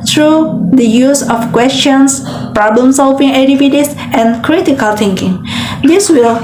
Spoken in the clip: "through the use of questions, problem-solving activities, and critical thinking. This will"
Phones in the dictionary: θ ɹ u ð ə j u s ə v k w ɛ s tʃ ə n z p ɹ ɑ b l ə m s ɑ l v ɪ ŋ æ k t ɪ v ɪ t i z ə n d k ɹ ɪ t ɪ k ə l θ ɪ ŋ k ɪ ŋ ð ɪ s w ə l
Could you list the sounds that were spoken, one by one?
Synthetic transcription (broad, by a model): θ ɹ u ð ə j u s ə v k w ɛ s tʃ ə n s p ɹ ɑ b l ə m s ɑ l v ɪ ŋ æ t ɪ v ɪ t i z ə n k ɹ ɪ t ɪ k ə l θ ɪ ŋ k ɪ ŋ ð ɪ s w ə l